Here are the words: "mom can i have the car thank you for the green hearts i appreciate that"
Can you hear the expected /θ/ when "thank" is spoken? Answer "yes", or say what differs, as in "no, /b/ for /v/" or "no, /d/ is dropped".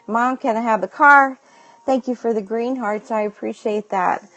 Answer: yes